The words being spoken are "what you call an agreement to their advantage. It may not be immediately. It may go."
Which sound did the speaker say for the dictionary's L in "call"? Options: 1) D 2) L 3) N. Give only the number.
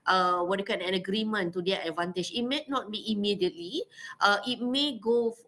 3